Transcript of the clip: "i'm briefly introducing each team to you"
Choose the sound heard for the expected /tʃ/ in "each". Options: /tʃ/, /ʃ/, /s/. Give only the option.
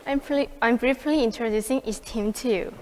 /s/